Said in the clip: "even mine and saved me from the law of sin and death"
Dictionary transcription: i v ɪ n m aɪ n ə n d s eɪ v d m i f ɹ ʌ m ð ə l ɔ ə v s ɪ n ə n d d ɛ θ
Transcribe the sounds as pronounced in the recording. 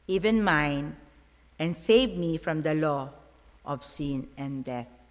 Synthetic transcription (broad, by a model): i v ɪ n m aɪ n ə n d s eɪ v m i f ɹ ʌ m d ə l ɔ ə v s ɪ n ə n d d ɛ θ